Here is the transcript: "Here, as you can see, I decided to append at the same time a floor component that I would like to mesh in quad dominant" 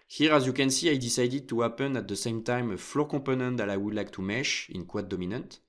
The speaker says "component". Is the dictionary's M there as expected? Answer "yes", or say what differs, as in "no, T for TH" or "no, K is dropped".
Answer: no, M is dropped